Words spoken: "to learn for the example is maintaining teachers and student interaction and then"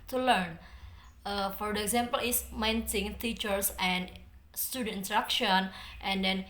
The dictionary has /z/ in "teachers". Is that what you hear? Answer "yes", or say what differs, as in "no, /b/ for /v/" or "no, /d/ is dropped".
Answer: no, /s/ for /z/